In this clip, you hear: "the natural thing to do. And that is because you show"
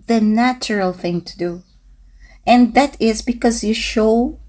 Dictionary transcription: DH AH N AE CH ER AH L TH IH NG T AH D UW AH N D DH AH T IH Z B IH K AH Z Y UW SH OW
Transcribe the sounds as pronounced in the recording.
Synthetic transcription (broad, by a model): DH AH N AE CH ER AH L TH IH NG T AH D UW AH N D DH AH T IH Z B IH K AH Z Y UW SH OW